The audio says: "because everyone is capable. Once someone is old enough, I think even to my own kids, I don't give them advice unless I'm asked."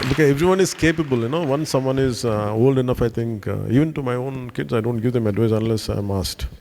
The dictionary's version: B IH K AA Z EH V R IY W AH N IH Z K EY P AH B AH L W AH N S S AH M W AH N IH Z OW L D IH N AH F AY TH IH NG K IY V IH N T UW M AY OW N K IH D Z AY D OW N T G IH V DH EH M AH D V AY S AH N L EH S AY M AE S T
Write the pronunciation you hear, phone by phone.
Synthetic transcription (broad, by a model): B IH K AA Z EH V R IY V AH N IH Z K EY P AH B AH L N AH N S S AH M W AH N IH Z OW L D IH N AH F AY T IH NG K IY V IH N T UW M AY OW N K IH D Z AY D OW N T G IH V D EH M AH D V AY S AH N L EH S AY M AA S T